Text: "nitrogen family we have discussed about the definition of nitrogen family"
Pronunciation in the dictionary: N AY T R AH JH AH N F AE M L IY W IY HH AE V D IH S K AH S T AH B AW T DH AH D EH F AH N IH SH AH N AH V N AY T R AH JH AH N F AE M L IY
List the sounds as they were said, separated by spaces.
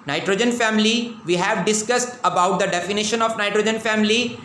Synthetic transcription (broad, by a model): N AY T R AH JH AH N F AE M L IY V IY HH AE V D IH S K AH S T AH B AW T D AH D EH F AH N IH SH AH N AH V N AY T R AH JH AH N F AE M L IY